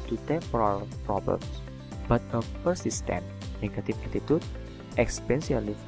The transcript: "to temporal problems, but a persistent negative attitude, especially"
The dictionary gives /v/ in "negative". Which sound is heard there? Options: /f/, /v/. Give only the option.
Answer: /f/